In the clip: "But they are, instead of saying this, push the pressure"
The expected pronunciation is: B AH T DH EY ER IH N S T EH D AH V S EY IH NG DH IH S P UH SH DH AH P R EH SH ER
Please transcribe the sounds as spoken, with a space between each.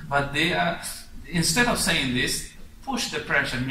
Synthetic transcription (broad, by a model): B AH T DH EY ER IH N S T EH D AH V S EY IH NG DH IH S P UH SH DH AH P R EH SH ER